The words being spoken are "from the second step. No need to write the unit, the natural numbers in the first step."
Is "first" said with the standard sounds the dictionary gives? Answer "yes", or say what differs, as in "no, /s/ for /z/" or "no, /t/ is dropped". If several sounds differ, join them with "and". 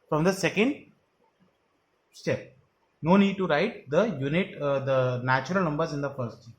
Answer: no, /s/ is dropped